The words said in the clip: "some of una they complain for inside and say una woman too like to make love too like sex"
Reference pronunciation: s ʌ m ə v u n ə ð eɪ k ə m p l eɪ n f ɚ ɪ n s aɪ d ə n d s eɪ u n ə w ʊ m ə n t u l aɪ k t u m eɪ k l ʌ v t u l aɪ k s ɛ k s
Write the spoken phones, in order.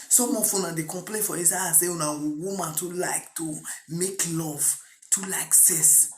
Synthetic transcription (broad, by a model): s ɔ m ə f u n ə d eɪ k ə m p l eɪ n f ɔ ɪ s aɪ ə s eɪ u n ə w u m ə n t u l aɪ k t u m eɪ k l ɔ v t u l aɪ k s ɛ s